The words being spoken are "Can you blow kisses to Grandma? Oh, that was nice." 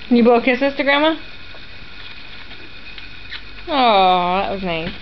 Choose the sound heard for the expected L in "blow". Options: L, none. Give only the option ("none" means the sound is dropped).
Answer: none